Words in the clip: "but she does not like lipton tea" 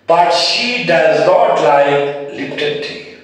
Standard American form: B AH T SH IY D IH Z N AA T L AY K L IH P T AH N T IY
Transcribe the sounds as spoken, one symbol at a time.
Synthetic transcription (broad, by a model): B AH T SH IY D IH Z N AA T L AY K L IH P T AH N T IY